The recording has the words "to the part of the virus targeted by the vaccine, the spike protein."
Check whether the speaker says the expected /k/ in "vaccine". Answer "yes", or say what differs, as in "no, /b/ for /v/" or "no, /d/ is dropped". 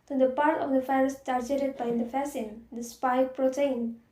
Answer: no, /k/ is dropped